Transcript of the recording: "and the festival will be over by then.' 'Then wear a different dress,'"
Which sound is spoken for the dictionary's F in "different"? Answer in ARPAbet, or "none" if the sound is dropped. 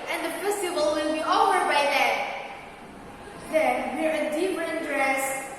P